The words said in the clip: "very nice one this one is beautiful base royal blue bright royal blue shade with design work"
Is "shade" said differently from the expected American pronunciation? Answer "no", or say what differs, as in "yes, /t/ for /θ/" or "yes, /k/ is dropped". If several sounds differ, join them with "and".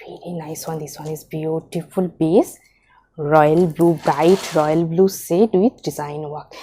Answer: yes, /s/ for /ʃ/